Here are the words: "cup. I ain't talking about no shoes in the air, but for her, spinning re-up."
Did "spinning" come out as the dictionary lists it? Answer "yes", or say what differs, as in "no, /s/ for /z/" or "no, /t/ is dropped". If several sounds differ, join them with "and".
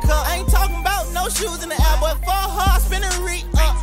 no, /b/ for /p/